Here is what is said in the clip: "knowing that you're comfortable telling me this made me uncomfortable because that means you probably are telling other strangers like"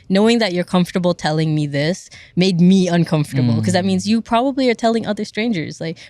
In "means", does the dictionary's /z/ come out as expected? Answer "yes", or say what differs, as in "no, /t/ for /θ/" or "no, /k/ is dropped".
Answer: yes